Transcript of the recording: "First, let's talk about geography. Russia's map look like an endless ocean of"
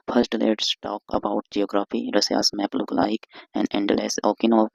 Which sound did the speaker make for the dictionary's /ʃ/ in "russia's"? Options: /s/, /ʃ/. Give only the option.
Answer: /s/